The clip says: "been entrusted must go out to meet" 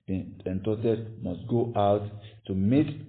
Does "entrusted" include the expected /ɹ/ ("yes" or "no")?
no